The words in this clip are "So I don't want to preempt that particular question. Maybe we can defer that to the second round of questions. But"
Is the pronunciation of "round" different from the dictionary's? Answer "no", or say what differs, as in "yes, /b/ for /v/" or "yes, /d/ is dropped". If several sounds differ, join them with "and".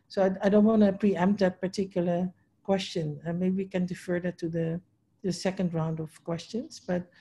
no